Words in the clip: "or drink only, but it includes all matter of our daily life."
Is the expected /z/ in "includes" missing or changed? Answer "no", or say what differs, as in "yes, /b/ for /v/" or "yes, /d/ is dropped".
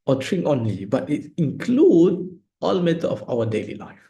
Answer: yes, /z/ is dropped